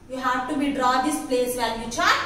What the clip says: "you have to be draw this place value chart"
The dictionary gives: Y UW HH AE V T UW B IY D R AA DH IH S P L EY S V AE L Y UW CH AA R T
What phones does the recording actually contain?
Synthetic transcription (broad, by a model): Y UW HH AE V T UW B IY D R AA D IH S P L EY S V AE N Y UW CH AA